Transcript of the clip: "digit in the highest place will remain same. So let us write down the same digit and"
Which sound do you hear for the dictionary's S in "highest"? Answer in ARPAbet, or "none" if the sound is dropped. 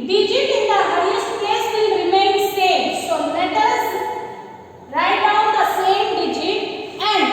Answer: none